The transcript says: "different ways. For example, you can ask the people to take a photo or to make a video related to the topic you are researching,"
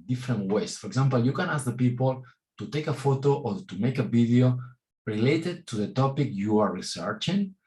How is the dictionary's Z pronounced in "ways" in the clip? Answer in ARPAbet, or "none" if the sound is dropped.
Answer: S